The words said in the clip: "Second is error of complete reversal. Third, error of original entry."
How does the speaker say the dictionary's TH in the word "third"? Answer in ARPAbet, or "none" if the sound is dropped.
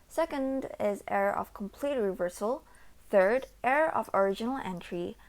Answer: TH